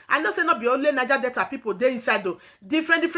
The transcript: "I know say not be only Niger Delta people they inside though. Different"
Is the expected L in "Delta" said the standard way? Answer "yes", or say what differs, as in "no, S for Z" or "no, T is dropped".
no, L is dropped